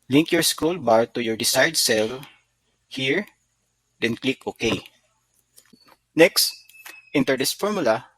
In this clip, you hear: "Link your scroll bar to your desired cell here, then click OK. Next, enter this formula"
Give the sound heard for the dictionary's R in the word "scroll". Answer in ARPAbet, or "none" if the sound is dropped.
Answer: none